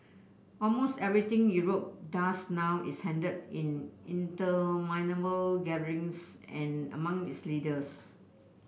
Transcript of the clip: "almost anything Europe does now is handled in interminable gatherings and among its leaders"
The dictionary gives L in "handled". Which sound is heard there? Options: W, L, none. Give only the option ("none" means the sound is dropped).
none